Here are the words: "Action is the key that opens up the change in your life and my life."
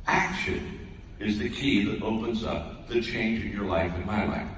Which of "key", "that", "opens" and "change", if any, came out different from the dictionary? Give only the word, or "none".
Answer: none